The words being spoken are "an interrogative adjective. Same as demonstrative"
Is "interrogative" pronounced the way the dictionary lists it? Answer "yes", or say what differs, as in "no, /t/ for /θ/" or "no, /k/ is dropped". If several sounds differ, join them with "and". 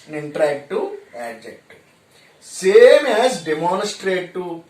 no, /v/ is dropped